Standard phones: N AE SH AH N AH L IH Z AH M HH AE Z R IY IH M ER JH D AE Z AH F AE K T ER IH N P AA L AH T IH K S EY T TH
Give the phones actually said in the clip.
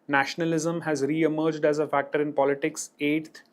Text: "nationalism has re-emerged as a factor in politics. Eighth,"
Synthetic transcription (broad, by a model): N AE SH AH N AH L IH Z AH M HH AE Z R IY IH M ER JH D AE Z AH F AE K T ER IH N P AA L AH T IH K S EY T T